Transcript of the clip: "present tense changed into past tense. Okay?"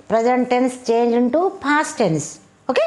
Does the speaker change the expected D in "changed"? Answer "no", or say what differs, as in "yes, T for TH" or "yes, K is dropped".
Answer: yes, D is dropped